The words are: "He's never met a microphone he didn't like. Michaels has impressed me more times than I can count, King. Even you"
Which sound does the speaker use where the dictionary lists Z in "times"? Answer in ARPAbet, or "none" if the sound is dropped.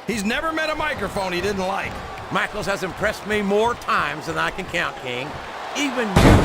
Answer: Z